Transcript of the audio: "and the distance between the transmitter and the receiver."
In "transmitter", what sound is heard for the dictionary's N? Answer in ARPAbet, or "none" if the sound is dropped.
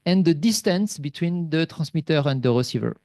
none